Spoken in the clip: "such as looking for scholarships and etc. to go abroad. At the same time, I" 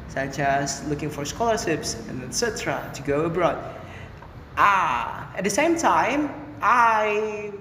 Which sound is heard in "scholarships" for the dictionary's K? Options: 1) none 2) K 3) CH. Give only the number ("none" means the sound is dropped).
2